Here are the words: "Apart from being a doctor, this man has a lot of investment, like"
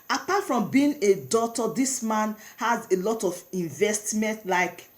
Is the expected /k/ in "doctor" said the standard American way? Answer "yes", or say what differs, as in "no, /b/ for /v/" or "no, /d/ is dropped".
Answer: no, /k/ is dropped